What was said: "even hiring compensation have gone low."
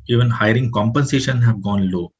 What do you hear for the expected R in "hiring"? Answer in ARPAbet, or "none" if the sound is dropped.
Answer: R